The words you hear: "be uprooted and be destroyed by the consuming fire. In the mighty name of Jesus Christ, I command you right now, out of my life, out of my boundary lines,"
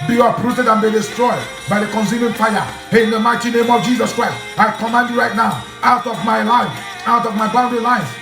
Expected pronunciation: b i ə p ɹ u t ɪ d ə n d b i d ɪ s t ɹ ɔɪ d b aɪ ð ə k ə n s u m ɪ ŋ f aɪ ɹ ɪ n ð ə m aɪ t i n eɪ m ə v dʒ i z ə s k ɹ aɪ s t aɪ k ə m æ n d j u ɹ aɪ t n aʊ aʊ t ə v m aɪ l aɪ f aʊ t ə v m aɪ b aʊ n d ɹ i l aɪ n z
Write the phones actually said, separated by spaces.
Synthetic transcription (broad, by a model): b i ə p ɹ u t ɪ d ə n b i d ɪ s t ɹ ɔɪ d b aɪ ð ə k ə n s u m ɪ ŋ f aɪ ɪ n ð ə m aɪ t i n eɪ m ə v dʒ i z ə s k ɹ aɪ s t aɪ k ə m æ n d j u ɹ aɪ t n aʊ aʊ t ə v m aɪ l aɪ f aʊ t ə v m aɪ b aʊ n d l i l aɪ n